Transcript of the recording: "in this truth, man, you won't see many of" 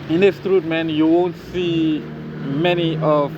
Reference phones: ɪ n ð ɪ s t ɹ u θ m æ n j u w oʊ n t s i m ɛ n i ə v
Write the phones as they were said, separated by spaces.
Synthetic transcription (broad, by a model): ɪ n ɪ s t ɹ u t m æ n j u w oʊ n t s i m ɛ n i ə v